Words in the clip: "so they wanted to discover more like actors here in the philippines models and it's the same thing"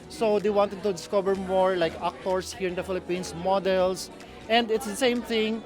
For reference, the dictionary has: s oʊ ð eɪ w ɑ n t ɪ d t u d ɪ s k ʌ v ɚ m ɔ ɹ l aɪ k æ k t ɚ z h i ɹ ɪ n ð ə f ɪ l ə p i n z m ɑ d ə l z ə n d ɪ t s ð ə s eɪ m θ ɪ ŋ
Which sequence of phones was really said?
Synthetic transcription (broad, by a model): s oʊ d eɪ w ɑ n t ɪ d t u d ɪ s k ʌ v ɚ m ɔ ɹ l aɪ k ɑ k t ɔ s h i ɹ ɪ n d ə f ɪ l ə p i n s m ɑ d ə l s ə n d ɪ t s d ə s eɪ m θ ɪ ŋ